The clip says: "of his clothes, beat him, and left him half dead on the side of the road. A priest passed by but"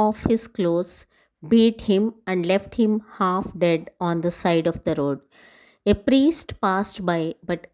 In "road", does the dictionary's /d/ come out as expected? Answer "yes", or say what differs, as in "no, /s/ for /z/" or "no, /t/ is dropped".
yes